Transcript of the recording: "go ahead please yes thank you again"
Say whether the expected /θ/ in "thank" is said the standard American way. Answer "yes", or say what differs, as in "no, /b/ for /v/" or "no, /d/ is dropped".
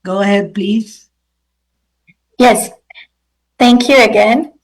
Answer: yes